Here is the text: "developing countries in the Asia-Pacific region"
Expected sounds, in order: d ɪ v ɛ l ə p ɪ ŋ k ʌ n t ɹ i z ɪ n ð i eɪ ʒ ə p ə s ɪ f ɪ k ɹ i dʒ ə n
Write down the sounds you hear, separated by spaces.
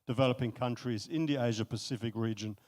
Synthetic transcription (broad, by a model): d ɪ v ɛ l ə p ɪ ŋ k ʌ n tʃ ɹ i z ɪ n ð i eɪ ʒ ə p ə s ɪ f ɪ k ɹ i dʒ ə n